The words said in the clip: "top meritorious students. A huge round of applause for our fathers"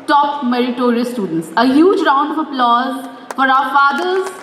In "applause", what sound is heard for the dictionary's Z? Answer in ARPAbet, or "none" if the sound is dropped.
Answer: Z